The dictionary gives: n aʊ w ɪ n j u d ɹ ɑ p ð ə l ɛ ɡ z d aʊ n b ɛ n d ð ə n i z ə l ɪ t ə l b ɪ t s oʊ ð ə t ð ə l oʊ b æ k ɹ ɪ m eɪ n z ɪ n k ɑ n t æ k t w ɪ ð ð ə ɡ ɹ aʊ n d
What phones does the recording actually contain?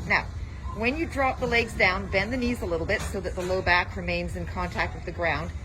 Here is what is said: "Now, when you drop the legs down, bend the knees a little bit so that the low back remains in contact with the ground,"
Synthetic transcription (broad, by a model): n aʊ w ɪ n j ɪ d ɹ ɑ p ð ə l ɛ ɡ z d aʊ n b ɛ n ð ə n i z ə l ɪ t l b ɪ t s oʊ ð ə t ð ə l oʊ b æ k ɹ ɪ m eɪ n z ɪ n k ɑ n t æ k t w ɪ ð ð ə ɡ ɹ aʊ n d